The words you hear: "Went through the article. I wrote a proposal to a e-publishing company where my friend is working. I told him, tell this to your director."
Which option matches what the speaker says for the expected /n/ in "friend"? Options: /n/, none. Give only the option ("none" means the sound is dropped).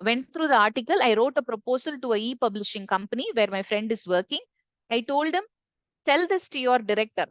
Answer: /n/